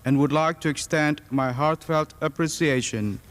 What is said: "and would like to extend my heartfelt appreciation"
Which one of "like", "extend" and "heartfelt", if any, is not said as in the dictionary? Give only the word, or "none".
none